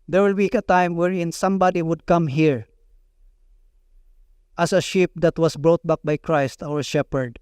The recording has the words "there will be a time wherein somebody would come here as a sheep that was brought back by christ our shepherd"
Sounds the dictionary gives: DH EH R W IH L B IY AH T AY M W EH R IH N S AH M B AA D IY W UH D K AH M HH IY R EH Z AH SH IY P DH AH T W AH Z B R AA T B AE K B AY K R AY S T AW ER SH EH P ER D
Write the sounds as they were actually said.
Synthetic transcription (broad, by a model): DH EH R W IH L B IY AH T AY M W EH R IH N S AH M B AA D IY W UH D K AH M HH IY R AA S AH SH IY P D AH T W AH S B R AA T B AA K B AY K R AY S T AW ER SH EH P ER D